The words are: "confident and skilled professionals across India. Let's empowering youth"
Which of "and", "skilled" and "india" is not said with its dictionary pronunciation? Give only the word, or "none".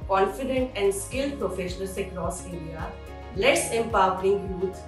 india